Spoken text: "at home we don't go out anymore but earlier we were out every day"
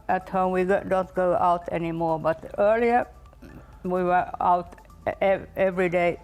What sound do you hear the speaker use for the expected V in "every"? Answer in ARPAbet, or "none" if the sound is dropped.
V